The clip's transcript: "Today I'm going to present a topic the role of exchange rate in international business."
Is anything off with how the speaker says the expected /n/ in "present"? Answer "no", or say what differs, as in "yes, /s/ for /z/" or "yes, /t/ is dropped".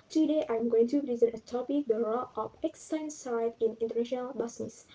yes, /n/ is dropped